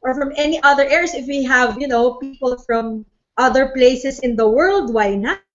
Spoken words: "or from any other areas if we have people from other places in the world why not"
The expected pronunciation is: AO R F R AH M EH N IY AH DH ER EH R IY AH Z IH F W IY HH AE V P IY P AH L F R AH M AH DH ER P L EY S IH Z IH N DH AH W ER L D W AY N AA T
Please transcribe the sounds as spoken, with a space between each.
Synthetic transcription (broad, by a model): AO R F R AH M EH N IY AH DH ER EH R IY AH S IH F W IY HH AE V P IY P AH L F R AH M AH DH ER P L EY S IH S IH N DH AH W ER L D W AY N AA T